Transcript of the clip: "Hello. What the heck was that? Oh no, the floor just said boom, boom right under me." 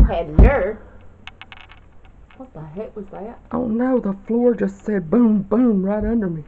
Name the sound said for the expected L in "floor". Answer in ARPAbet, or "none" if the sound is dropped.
L